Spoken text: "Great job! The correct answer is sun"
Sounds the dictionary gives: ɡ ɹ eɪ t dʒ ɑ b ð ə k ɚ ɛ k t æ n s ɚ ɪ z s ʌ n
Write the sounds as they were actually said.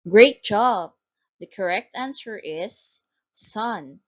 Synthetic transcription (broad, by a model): ɡ ɹ eɪ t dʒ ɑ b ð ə k ɚ ɛ k t æ n s ɚ ɪ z s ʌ n